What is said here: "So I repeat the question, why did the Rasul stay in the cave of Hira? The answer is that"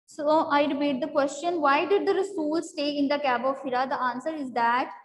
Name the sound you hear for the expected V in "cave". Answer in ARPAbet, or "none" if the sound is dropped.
B